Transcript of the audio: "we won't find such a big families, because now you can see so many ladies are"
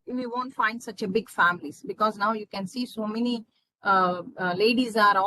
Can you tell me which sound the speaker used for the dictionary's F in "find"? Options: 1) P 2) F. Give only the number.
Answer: 2